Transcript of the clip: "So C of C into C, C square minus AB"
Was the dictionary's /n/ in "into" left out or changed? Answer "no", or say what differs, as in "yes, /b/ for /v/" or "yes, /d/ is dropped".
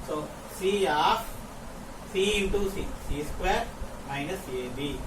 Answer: yes, /n/ is dropped